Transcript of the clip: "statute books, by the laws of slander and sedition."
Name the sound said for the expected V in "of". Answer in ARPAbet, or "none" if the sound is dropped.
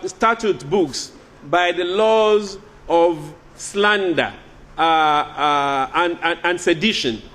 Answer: V